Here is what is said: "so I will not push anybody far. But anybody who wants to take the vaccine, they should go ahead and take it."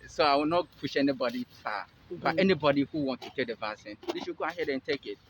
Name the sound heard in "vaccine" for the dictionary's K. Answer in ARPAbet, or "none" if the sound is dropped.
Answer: none